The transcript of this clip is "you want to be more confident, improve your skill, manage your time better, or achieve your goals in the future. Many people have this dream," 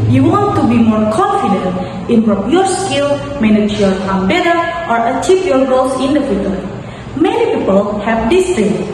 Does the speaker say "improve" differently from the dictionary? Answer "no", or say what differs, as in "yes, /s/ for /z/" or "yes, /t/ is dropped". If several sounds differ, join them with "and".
yes, /p/ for /v/